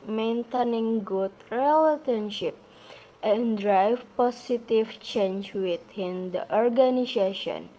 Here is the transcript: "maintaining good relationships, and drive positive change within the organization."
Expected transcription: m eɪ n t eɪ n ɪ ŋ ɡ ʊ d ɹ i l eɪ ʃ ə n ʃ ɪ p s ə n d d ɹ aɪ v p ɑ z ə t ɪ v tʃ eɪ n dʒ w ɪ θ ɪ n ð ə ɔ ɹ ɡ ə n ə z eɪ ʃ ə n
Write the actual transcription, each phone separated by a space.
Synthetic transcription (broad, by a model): m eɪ n t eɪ n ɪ ŋ ɡ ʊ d ɹ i l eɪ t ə n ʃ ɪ p ə n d d ɹ aɪ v p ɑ s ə t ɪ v tʃ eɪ n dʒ w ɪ t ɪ n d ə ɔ ɹ ɡ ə n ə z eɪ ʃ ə n